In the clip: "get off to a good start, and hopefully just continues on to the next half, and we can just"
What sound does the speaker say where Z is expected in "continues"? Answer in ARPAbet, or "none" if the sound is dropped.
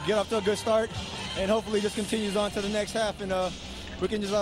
Z